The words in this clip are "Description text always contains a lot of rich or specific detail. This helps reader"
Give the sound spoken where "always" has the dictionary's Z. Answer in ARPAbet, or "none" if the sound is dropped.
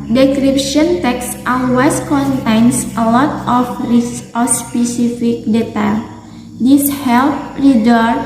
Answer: S